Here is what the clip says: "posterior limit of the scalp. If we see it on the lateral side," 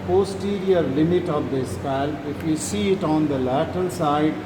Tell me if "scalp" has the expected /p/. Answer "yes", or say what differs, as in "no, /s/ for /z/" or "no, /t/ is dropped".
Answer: no, /p/ is dropped